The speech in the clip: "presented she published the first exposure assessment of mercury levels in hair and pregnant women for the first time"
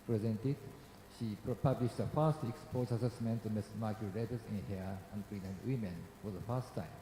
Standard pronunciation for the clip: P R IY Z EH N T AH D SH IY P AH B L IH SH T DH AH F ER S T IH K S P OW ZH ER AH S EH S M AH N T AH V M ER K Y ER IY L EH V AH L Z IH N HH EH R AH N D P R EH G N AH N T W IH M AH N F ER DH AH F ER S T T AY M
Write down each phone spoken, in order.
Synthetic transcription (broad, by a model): P R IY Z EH N T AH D SH IY P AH B L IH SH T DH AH F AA S T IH K S P OW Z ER AH S EH S M AH N T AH M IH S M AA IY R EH B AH Z IH N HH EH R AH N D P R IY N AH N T W IH M AH N F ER DH AH F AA S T T AY M